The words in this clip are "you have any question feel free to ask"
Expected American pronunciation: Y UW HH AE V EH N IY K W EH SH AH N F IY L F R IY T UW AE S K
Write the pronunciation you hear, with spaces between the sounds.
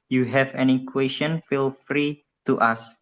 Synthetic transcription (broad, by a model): Y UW HH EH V EH N IY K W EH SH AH N F IY L F R IY T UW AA S